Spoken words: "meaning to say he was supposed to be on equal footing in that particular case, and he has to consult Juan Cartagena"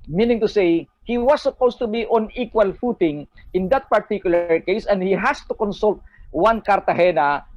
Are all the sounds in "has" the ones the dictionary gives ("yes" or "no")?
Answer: no